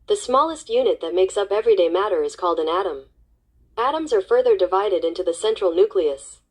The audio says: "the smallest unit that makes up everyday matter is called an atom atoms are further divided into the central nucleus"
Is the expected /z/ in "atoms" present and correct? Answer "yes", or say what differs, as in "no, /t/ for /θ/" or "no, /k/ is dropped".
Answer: yes